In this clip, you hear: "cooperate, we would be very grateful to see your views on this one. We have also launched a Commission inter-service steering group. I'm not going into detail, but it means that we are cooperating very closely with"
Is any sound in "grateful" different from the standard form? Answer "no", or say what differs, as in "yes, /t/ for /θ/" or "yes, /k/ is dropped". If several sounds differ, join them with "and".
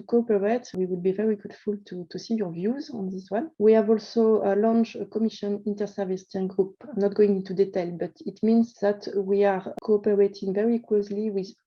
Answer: yes, /ɹ/ is dropped